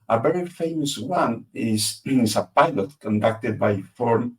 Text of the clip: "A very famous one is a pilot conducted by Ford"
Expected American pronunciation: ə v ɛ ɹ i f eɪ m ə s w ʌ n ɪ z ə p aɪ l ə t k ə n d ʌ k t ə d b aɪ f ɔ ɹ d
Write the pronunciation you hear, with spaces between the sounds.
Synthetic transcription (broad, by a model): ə v ɛ ɹ i f eɪ m ə s w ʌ n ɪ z ə p aɪ l ə t k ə n d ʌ k t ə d b aɪ f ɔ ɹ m